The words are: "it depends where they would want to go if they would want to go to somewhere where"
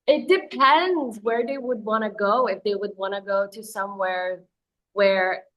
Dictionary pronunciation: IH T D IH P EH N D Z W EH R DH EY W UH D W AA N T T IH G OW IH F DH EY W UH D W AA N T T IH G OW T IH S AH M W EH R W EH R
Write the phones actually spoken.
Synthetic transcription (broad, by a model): IH T D IH P EH N D Z W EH R DH EY W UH D W AA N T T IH G OW IH F DH EY W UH D W AA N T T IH G OW T IH S AH M W EH R W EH R